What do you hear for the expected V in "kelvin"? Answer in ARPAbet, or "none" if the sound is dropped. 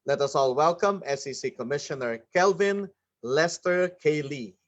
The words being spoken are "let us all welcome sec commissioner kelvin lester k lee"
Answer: V